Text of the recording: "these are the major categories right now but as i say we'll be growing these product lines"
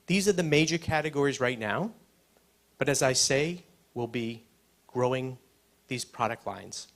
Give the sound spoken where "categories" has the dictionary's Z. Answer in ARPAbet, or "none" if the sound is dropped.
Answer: Z